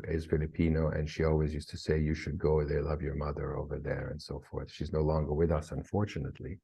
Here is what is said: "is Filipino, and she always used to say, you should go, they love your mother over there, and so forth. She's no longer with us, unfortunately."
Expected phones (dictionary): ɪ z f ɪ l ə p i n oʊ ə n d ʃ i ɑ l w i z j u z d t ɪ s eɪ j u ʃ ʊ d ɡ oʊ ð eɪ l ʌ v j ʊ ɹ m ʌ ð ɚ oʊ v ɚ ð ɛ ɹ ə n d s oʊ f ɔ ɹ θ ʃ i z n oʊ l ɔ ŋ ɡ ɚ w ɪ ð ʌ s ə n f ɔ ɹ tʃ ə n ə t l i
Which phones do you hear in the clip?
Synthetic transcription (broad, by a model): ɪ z f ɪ l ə p i n oʊ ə n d ʃ i ɑ l w i z j u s t ɪ s eɪ j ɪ ʃ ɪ d ɡ oʊ ð eɪ l ʌ v j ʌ ɹ m ʌ ð ɚ oʊ v ɚ ð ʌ ɹ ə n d s oʊ f ɔ ɹ θ ʃ i z n oʊ l ɔ ŋ ɡ ɚ w ɪ ð ʌ s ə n f ɔ ɹ tʃ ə n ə t l i